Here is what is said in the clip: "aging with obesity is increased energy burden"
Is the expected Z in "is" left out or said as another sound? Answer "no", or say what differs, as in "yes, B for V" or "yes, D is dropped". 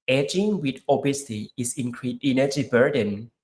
yes, S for Z